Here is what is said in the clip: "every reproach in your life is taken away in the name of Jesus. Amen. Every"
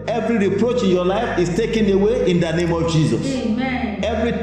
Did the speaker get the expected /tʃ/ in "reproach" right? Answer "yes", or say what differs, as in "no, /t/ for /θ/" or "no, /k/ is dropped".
yes